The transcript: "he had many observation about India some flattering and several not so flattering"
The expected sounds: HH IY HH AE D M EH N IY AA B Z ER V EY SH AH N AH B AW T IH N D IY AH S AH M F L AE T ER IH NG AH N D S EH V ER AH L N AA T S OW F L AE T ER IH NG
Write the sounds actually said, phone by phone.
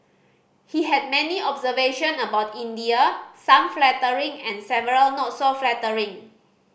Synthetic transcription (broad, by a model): HH IY HH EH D M EH N IY AA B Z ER V EY SH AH N AH B AW T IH N D IY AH S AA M F L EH T ER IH NG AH N S EH V ER AH L N AA T S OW F L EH T ER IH NG